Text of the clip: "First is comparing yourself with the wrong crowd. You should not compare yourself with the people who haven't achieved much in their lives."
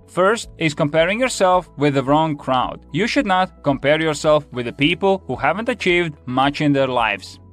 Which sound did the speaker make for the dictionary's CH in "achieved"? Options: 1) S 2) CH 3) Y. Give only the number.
2